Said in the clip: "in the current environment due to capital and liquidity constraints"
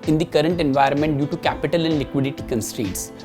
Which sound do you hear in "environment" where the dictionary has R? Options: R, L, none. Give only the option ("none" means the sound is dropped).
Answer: R